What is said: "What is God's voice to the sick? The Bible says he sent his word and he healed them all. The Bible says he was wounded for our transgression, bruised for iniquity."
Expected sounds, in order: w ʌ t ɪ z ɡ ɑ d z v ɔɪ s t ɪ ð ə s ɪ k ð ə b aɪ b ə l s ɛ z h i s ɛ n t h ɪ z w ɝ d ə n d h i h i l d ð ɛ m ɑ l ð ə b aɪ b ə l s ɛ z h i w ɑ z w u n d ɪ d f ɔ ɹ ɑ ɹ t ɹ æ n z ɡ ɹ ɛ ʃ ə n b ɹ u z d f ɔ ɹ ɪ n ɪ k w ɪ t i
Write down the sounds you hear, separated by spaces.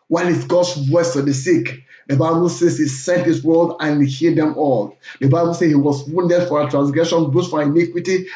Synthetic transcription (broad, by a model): w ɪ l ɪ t ɡ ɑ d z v ɔɪ s t ɪ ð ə s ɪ k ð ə b aɪ b ə l s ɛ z h i s ɛ n t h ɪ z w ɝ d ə n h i h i d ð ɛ m ɑ l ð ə b aɪ b ə l s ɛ h i w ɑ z w u n d ɪ d f ɔ ɹ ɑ t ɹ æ n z ɡ ɹ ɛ ʃ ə n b u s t f ɔ ɹ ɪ n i k w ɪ t i